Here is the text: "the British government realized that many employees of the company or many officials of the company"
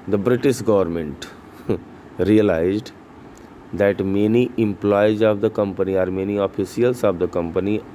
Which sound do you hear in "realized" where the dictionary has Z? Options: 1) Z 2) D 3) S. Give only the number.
1